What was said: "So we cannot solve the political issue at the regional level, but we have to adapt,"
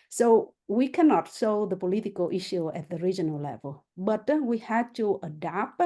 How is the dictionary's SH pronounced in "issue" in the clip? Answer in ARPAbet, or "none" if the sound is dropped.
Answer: SH